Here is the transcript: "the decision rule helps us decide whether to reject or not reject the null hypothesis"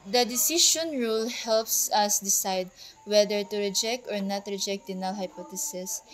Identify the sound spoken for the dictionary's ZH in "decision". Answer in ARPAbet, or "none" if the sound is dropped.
SH